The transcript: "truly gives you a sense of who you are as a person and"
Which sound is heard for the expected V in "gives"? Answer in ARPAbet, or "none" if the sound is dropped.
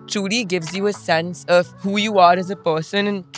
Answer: V